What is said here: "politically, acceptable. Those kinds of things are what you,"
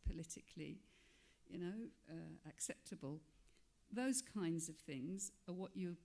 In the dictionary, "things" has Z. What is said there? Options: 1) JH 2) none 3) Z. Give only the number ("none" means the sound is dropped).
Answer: 3